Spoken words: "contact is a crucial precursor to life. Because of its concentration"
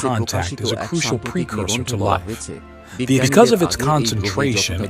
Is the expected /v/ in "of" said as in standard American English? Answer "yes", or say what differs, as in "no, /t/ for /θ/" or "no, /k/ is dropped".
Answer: yes